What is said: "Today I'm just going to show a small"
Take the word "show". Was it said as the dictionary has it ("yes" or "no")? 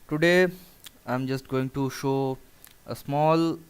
yes